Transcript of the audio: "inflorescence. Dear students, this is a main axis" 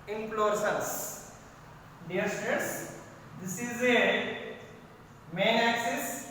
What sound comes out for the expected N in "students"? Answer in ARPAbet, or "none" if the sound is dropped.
none